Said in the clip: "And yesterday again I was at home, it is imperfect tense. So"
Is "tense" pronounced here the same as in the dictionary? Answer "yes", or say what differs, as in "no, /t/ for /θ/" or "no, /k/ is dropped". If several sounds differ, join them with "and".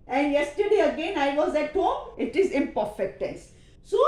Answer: no, /n/ is dropped